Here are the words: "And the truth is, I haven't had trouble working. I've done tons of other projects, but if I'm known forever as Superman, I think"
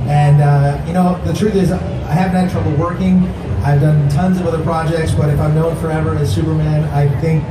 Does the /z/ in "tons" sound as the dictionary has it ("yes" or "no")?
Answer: yes